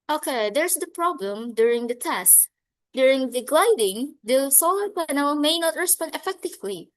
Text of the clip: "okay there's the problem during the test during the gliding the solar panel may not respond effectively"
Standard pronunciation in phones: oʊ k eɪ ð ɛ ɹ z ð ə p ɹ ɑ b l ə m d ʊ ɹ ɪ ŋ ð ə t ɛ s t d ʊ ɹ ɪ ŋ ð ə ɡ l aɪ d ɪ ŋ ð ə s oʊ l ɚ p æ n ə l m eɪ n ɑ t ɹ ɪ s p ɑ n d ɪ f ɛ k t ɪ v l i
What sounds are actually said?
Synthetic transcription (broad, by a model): oʊ k eɪ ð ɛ ɹ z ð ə p ɹ ɑ b l ə m d ʊ ɹ ɪ ŋ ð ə t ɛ s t d ʊ ɹ ɪ ŋ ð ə ɡ l aɪ d ɪ ŋ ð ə s oʊ l ɚ p æ n ə l m eɪ n ɑ t ɹ ɪ s p ɑ n d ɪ f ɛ k t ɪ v l i